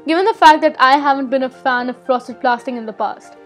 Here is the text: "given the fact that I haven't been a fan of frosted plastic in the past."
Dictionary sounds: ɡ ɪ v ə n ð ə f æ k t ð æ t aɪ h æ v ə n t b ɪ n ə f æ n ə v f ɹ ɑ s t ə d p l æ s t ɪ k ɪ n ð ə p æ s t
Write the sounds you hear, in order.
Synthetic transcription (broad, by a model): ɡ ɪ v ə n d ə f æ k t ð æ t aɪ h æ v ə n t b ɪ n ə f æ n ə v p ɹ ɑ s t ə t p l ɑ s t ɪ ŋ ɪ n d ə p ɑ s t